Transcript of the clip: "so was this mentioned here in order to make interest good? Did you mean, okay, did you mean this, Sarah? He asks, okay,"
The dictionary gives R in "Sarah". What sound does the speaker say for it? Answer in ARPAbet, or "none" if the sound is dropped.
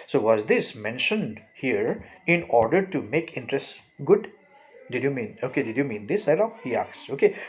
L